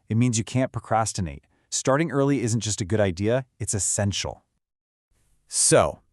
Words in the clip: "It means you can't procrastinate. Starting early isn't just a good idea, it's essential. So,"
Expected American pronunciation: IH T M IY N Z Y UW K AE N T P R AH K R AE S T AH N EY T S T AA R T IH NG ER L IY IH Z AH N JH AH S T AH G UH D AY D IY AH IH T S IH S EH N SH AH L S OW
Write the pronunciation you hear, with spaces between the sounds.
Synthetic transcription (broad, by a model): IH T M IY N Z Y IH K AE N P R AH K R AE S T AH N EY T S T AA R T IH NG ER L IY IH Z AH N JH AH S T AH G UH D AY D IY AH IH T S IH S EH N SH L S OW